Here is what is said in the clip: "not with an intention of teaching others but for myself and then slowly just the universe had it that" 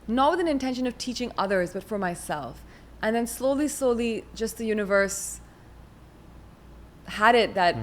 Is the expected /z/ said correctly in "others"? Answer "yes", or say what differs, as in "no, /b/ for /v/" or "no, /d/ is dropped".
yes